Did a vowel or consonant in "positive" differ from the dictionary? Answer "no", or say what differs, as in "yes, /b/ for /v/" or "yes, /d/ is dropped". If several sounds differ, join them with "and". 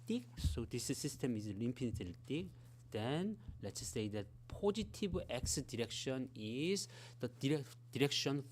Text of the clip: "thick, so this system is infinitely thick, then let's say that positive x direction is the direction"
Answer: yes, /b/ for /v/